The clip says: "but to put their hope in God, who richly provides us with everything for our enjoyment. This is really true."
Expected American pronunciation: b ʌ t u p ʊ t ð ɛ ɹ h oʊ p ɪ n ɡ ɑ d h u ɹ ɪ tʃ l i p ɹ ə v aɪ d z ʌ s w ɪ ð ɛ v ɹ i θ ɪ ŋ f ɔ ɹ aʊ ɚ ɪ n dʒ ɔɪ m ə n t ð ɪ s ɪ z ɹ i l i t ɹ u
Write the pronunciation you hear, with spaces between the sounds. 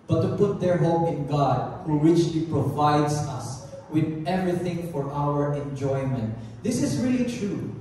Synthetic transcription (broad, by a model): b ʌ t u p ʊ t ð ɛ ɹ h oʊ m ɪ n ɡ ɑ d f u w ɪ tʃ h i p ɹ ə v aɪ d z ʌ s w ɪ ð ɛ v ɹ i θ ɪ ŋ f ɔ ɹ aʊ ɚ ɪ n dʒ ɔɪ m ə n t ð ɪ s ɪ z ɹ i l i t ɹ u